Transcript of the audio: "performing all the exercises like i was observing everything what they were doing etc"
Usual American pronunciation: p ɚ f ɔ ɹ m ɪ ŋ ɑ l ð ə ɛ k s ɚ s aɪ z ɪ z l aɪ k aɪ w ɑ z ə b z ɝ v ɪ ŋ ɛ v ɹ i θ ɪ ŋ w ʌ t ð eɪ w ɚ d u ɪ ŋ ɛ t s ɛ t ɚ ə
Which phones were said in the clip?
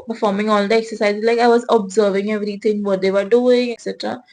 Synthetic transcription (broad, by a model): p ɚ f ɔ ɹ m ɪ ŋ ɑ l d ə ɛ k s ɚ s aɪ ɪ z l aɪ k aɪ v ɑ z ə b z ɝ v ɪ ŋ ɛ v ɹ i t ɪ ŋ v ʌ t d eɪ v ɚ d u ɪ ŋ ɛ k s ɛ t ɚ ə